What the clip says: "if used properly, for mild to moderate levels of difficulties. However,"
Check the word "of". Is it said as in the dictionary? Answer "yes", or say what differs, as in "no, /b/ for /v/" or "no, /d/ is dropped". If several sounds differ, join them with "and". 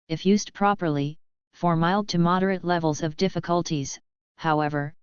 yes